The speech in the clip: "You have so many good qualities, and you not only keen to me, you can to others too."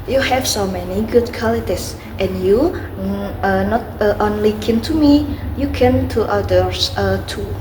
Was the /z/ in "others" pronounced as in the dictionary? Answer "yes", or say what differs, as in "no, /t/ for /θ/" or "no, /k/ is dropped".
no, /s/ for /z/